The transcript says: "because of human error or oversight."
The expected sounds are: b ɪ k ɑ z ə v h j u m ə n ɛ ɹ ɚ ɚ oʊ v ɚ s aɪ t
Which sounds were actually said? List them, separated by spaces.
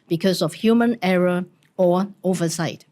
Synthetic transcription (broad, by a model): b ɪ k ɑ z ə f h j u m ə n ɛ ɹ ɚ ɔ oʊ v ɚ s aɪ t